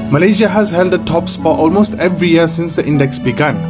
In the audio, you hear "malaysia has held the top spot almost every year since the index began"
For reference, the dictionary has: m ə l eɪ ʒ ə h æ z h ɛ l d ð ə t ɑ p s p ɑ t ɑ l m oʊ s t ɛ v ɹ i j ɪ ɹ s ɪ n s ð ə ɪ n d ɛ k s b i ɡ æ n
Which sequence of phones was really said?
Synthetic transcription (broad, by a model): m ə l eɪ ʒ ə h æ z h ɛ l d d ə t ɑ p s f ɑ t ɑ l m oʊ s t ɛ v ɹ i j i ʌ s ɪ n s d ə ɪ n d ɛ k s b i ɡ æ n